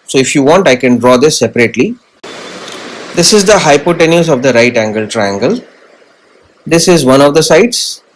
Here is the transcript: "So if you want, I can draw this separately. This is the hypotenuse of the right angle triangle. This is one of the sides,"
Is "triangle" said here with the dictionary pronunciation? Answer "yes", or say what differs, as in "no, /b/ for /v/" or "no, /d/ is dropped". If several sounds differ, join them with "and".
yes